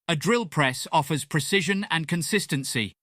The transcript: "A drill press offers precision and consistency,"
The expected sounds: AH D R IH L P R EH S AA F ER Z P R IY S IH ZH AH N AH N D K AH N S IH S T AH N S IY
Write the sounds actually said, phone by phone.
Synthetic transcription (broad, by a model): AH D R IH L P R EH S AA F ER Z P R IY S IH ZH AH N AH N K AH N S IH S T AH N S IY